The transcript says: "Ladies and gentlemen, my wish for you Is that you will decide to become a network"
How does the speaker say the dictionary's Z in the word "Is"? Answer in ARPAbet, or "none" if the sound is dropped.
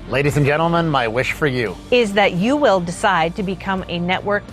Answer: Z